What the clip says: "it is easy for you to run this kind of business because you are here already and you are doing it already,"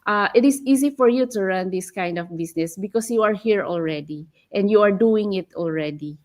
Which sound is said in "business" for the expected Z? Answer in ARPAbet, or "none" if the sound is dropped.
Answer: S